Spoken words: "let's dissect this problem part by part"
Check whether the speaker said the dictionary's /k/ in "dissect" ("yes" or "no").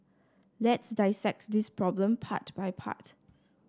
yes